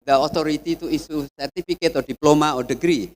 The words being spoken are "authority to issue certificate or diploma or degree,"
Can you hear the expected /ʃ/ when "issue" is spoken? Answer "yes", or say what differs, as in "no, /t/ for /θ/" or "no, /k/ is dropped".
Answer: no, /s/ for /ʃ/